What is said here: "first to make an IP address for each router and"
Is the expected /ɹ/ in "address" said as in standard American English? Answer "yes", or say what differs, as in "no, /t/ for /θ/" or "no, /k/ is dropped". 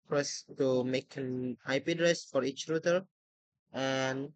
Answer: yes